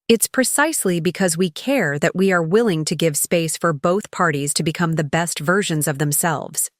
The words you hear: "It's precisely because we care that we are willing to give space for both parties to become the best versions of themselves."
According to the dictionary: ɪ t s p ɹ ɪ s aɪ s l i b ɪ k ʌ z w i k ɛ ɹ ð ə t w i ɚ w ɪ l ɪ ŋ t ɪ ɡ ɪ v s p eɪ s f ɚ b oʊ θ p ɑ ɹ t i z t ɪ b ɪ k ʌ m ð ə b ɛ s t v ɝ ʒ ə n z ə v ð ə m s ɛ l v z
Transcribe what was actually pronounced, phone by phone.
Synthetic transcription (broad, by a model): ɪ t s p ɹ ɪ s aɪ s l i b ɪ k ʌ z w i k ɛ ɹ ð ə t w i ɚ w ɪ l ɪ ŋ t ɪ ɡ ɪ v s p eɪ s f ɚ b oʊ θ p ɑ ɹ t i z t ɪ b ɪ k ʌ m ð ə b ɛ s t v ɝ ʒ ə n z ə v ð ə m s ɛ l v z